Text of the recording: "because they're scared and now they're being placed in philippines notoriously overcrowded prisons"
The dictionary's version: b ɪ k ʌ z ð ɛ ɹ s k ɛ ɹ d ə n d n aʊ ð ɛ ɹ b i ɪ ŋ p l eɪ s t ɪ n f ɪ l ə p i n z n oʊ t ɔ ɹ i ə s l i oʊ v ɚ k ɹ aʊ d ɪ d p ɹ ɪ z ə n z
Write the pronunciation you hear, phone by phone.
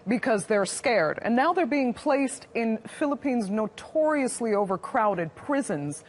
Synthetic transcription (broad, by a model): b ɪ k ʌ z ð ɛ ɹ s k ɛ ɹ d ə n n aʊ ð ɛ ɹ b i ɪ ŋ p l eɪ s t ɪ n f ɪ l ə p i n z n oʊ t ɔ ɹ i ə s l i oʊ v ɚ k ɹ aʊ d ɪ d p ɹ ɪ z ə n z